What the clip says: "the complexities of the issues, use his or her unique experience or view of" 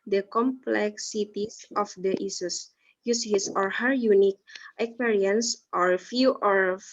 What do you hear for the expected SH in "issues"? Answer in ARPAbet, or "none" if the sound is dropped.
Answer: S